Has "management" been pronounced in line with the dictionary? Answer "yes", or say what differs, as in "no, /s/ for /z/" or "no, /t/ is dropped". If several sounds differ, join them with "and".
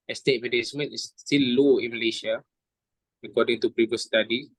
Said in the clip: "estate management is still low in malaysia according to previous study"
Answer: no, /tʃ/ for /dʒ/